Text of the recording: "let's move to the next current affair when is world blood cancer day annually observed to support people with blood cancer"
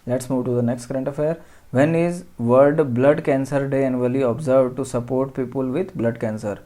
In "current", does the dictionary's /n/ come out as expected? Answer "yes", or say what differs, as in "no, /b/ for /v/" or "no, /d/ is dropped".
yes